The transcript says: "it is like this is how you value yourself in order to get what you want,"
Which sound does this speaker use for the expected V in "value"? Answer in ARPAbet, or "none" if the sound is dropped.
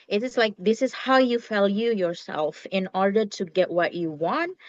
F